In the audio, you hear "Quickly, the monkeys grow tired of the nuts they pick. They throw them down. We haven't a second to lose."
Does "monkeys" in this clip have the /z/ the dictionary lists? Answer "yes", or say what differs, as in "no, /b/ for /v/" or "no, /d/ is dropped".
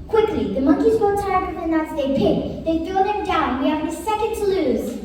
yes